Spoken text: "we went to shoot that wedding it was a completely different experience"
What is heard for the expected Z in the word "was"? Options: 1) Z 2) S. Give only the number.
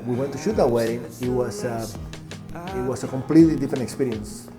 2